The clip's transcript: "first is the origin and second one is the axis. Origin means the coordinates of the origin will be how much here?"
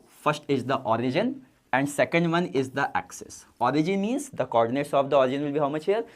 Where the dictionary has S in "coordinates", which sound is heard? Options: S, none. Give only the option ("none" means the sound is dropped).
none